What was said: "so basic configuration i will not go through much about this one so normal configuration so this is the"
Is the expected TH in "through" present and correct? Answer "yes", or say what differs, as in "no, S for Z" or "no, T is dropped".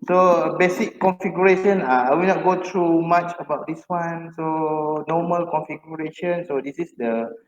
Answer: no, T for TH